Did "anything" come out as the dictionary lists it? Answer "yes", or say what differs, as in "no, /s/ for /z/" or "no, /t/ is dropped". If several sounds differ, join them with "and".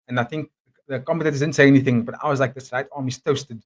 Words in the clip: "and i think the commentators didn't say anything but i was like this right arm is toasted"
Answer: yes